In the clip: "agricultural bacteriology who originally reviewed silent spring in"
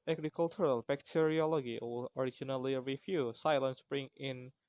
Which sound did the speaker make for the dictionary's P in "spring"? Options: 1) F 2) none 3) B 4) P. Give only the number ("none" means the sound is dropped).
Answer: 3